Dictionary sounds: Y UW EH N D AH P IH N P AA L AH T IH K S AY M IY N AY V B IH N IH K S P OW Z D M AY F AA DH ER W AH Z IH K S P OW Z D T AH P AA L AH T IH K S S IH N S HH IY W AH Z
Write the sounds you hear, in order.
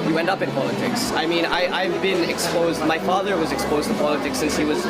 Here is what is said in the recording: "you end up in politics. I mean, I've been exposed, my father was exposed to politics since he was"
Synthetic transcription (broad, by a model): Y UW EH N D AH P IH N P AA L AH T IH K S AY M IY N AY V B IH N IH K S P OW Z D M AY F AA DH ER W AH Z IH K S P OW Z T AH P AA L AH T IH K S S IH N S HH IY W AH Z